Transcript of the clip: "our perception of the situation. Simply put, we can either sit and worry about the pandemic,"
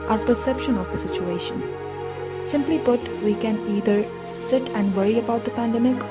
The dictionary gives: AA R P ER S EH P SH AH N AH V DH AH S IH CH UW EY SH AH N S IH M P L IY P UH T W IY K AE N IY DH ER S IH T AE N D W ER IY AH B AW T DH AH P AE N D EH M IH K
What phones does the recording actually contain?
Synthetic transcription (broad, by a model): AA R P ER S EH P SH AH N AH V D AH S IH CH UW EY SH AH N S IH M P L IY B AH T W IY K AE N IY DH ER S IH T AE N D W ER IY AH B AW T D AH P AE N D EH M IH K